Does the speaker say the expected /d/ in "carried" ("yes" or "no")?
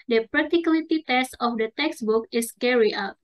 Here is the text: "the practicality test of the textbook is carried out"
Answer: no